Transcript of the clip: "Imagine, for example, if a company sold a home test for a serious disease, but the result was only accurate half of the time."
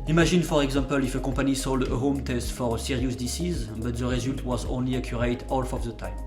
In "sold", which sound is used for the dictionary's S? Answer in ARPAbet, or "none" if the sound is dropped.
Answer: S